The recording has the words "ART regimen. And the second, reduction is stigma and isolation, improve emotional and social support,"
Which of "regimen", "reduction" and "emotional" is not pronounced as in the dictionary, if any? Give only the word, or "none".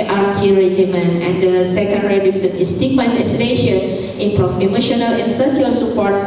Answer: reduction